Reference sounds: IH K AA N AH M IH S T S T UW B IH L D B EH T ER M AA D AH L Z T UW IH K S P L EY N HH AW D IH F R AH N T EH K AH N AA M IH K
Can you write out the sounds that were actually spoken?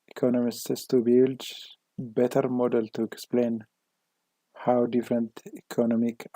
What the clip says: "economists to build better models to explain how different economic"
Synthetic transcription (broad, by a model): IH K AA N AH M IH S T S T UW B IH L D B EH T ER M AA D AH L T UW IH K S P L EY N HH AW D IH F R AH N T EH K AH N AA M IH K